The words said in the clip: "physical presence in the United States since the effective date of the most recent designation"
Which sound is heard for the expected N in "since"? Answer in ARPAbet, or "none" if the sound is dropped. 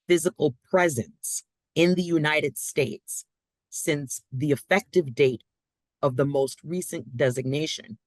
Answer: N